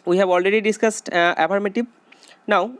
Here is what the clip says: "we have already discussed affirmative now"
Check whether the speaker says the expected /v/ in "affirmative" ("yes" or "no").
no